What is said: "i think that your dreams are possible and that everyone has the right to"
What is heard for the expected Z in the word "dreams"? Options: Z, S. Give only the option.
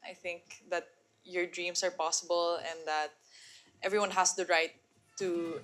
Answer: S